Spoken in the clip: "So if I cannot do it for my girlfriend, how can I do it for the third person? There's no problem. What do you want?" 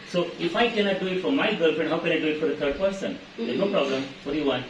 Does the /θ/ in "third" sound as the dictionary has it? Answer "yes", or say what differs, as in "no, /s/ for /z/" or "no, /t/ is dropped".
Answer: no, /t/ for /θ/